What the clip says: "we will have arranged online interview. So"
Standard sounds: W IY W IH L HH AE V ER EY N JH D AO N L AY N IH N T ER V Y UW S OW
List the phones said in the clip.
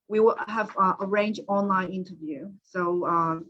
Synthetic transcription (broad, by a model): W IY W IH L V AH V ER EY N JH AO N L AY N IH N T ER V Y UW S OW